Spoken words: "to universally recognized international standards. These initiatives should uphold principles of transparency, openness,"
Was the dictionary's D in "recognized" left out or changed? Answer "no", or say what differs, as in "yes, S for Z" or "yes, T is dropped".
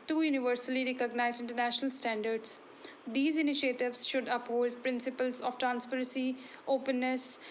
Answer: yes, D is dropped